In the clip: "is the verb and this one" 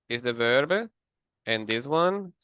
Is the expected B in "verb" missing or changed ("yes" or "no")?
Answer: no